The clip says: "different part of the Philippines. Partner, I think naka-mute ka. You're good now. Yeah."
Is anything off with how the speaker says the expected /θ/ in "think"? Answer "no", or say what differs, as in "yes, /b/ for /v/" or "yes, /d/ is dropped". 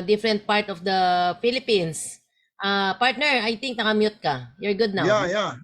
yes, /t/ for /θ/